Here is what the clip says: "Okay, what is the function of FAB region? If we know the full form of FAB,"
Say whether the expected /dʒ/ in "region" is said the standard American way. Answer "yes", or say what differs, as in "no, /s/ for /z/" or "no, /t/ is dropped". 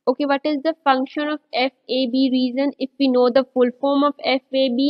no, /z/ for /dʒ/